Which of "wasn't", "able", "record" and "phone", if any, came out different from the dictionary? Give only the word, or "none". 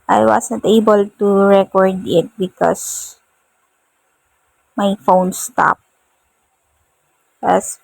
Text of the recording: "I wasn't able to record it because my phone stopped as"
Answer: wasn't